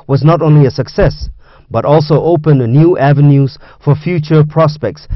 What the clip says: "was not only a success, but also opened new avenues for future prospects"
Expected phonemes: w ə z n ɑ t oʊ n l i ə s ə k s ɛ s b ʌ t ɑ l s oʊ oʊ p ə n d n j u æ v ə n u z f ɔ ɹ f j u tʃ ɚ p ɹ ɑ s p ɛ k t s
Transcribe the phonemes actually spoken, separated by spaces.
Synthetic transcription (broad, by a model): w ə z n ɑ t oʊ n l i ə s ə k s ɛ s b ʌ t ɑ l s oʊ oʊ p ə n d n j u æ v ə n u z f ɔ ɹ f j u tʃ ɚ p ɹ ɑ s p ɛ k t s